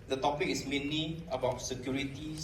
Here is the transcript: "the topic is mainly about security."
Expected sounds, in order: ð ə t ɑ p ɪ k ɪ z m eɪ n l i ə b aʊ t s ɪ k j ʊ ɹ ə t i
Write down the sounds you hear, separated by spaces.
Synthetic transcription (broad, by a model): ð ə t ɑ p ɪ k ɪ s m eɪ n i ə b aʊ t s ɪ k j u ɹ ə t i